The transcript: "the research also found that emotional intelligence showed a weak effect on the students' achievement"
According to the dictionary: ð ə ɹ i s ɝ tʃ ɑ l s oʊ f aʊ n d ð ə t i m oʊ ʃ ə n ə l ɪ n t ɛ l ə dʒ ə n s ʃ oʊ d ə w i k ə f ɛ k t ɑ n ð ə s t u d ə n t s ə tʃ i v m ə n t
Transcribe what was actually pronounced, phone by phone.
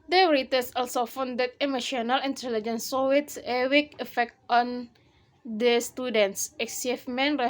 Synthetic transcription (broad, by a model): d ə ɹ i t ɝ s ɑ l s oʊ f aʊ n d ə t i m oʊ ʃ ə n ə l ɪ n t ɛ l ə dʒ ə n s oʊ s ə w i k ə f ɛ k t ɑ n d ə s t u d ə n t s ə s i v m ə n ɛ